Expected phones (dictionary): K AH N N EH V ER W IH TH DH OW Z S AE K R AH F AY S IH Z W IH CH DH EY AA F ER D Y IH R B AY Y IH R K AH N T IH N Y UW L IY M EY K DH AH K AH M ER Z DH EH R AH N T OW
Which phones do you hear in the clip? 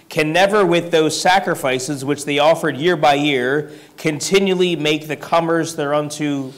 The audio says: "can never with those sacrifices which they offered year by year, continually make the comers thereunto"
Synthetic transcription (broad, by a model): K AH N N EH V ER W IH DH OW Z S AE K R AH F AY S IH Z W IH CH DH EY AA F ER D Y IH R B AY Y IH R K AH N T IH N Y UW L IY M EY K DH AH K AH M ER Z DH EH R AH N T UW